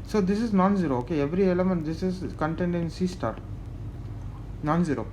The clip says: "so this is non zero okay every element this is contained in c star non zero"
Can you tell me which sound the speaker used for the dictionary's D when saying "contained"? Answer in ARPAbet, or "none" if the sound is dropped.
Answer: D